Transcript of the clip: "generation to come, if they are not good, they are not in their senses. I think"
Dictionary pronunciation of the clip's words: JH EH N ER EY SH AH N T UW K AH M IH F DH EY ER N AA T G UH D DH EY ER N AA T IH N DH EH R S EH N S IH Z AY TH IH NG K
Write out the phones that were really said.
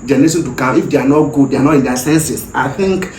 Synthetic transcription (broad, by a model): JH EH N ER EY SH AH N T UW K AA IH F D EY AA N AA T G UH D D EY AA N AA T IH N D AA S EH N S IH S AY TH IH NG K